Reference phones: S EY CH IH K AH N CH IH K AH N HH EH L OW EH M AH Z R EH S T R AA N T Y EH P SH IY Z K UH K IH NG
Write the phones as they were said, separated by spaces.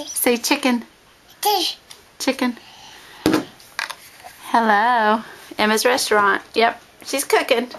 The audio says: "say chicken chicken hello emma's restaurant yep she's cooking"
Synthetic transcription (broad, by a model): S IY CH IH K AH N CH IH K AH N HH EH L OW EH M AH Z R EH S T R AA N T Y EH P SH IY Z K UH K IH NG